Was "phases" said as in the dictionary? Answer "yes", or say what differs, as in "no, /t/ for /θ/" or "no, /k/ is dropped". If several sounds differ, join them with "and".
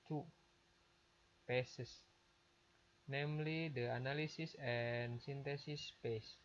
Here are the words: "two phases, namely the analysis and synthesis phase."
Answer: no, /p/ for /f/ and /s/ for /z/ and /s/ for /z/